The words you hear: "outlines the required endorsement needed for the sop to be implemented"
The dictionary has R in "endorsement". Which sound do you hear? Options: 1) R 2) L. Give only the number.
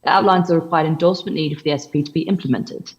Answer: 2